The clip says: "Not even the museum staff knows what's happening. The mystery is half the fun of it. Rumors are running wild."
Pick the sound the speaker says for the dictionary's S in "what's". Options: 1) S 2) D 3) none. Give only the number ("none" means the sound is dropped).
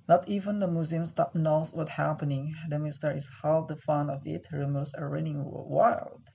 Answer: 3